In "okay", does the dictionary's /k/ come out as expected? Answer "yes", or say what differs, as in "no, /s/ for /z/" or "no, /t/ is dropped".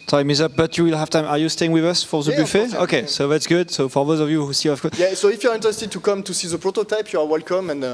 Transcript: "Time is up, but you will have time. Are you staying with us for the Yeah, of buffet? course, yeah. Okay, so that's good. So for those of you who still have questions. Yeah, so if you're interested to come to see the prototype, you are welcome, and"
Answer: yes